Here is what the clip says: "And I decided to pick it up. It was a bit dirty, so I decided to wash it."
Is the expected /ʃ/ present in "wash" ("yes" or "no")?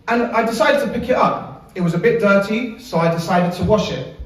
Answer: yes